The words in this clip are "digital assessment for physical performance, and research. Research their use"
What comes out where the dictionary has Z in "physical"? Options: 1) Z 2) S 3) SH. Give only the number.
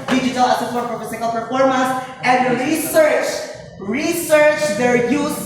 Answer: 2